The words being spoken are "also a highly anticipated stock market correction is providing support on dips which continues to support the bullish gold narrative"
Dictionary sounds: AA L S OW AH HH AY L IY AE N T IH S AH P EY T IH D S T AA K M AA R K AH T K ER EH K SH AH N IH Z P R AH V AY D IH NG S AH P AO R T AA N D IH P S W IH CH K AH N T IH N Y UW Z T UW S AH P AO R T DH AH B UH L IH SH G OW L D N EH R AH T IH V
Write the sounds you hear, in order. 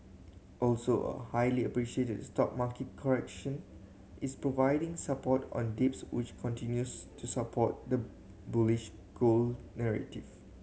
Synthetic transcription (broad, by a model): AA L S OW AH HH AY L IY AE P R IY SH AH EY T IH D S T AA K M AA K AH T K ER EH K SH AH N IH S P R AH V AY D IH NG S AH P AO T AA N D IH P S W IH CH K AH N T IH N Y UW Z T UW S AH P AO T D AH B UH L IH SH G OW L N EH R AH T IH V